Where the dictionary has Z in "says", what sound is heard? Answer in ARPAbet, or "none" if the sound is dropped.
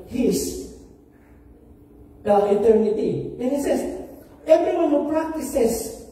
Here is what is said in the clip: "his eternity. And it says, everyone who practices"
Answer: S